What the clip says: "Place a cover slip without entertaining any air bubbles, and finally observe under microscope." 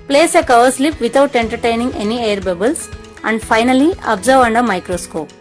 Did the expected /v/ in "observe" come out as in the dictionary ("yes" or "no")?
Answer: yes